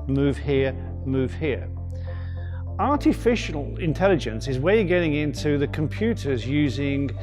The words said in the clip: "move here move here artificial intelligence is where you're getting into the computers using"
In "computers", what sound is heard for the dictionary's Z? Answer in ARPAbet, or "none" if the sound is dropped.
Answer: Z